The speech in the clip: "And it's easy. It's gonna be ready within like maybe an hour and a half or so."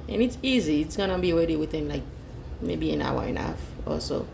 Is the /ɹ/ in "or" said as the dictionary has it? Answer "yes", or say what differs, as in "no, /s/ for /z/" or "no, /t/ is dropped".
no, /l/ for /ɹ/